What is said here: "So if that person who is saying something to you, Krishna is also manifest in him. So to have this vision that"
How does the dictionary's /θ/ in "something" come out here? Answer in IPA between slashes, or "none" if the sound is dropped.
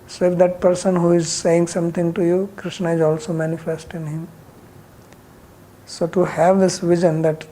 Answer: /t/